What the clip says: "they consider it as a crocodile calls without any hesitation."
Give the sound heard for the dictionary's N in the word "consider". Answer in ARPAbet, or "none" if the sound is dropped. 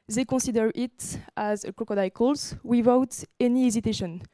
none